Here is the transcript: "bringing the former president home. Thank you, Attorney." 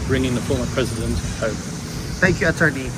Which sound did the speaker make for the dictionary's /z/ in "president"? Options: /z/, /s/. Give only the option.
/z/